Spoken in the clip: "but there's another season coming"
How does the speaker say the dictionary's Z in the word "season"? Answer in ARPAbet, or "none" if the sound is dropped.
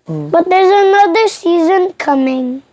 Z